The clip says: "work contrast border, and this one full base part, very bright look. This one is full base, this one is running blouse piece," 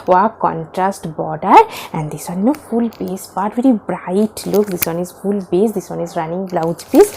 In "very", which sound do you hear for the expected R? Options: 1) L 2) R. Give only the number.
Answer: 2